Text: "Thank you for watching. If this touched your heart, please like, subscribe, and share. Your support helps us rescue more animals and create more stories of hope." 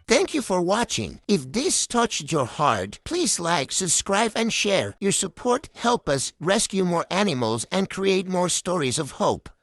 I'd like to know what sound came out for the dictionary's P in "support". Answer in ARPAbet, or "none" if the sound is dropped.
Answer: P